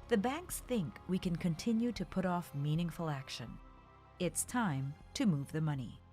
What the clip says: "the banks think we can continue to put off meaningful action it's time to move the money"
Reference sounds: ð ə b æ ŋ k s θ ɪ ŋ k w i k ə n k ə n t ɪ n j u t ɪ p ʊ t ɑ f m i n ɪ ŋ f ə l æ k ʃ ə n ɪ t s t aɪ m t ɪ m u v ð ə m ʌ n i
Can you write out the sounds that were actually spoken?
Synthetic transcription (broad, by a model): ð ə b æ ŋ k s θ ɪ ŋ k w i k ə n k ə n t ɪ n j u t ɪ p ʊ t ɑ f m i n ɪ ŋ f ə l æ k ʃ ə n ɪ t s t aɪ m t ɪ m u v ð ə m ʌ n i